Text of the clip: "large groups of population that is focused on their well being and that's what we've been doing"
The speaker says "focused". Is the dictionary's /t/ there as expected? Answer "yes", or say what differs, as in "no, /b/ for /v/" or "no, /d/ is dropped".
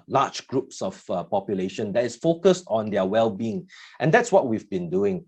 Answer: yes